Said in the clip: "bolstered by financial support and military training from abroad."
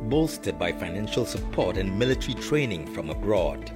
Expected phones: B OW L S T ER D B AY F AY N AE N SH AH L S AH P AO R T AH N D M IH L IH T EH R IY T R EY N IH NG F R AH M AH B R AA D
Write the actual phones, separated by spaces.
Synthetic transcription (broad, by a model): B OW L S T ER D B AY F AY N AE N SH AH L S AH P AO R T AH N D M IH L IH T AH R IY T R EY N IH NG F R AH M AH B R AA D